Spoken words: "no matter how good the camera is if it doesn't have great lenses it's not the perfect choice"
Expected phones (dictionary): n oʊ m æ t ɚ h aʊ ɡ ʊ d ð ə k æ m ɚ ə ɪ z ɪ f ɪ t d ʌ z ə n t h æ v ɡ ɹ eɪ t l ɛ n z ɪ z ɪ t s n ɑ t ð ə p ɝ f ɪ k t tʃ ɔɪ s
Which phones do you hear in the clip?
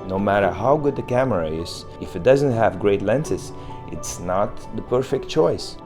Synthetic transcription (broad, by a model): n oʊ m æ t ɚ h aʊ ɡ ʊ d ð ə k æ m ɚ ə ɪ z ɪ f ɪ t d ʌ z ə n t h æ v ɡ ɹ eɪ t l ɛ n s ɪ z ɪ t s n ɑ t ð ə p ɝ f ɪ k t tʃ ɔɪ s